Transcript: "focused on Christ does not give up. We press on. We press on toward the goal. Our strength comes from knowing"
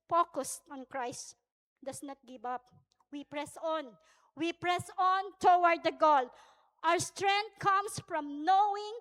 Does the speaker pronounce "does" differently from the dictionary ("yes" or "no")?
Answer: yes